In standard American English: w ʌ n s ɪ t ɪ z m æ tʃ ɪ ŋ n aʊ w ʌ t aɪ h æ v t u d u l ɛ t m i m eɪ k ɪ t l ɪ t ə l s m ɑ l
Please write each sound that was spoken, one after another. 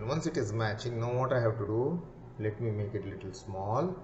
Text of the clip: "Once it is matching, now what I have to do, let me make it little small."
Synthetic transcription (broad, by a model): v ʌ n s ɪ t ɪ z m æ tʃ ɪ ŋ n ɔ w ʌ t aɪ h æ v t u d u l ɛ t m i m eɪ k ɪ t l ɪ t ə l s m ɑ l